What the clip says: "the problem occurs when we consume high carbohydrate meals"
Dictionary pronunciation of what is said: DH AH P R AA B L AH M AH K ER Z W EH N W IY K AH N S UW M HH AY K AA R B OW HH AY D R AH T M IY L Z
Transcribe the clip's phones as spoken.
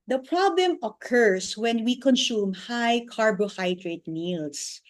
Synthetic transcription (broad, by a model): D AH P R AA B L AH M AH K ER S W EH N W IY K AH N S UW M HH AY K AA R B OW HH AY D R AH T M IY L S